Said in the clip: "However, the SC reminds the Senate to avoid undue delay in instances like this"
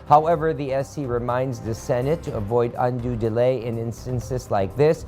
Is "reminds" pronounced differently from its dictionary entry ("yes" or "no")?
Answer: no